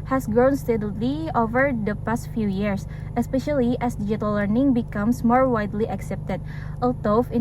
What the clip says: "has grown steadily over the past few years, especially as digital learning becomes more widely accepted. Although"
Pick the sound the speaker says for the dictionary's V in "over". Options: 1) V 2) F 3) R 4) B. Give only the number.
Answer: 1